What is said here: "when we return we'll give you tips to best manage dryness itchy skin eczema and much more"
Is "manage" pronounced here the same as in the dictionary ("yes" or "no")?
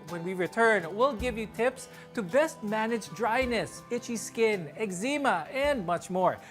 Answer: yes